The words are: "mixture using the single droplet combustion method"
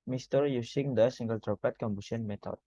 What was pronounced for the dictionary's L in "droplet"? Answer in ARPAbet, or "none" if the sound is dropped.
none